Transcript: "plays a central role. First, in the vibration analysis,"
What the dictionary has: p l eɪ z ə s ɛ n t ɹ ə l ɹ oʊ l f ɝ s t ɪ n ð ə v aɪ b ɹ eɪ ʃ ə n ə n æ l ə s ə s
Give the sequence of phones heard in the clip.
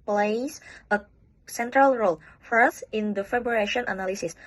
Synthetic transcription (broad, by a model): p l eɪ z ə s ɛ n t ɹ ə l ɹ oʊ l f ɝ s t ɪ n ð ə f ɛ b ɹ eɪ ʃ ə n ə n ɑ l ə s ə s